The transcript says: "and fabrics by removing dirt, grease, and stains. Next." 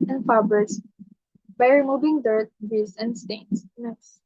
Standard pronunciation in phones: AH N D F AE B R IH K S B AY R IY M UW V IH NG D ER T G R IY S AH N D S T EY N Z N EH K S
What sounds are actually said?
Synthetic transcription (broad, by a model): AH N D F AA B IH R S B AY R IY M UW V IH NG D ER T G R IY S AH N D S T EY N S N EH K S